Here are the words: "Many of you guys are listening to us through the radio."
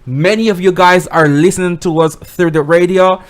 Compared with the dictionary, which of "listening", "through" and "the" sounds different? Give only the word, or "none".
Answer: none